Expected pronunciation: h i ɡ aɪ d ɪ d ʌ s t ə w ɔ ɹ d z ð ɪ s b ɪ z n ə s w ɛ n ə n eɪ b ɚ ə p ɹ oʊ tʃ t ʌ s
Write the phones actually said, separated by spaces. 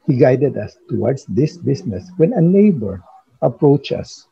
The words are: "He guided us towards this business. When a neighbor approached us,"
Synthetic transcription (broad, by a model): h i ɡ aɪ d ɪ d ʌ s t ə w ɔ ɹ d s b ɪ s b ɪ s n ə s w ɛ n ə n eɪ b ɚ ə p ɹ oʊ tʃ ʌ s